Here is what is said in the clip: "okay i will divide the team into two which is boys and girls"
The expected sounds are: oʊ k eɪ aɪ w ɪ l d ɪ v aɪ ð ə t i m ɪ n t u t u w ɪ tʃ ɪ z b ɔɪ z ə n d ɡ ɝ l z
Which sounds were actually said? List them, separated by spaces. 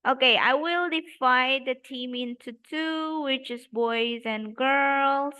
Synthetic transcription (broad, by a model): oʊ k eɪ aɪ w ɪ l d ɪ f aɪ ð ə t i m ɪ n t u t u w ɪ tʃ ɪ z b ɔɪ z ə n ɡ ɝ l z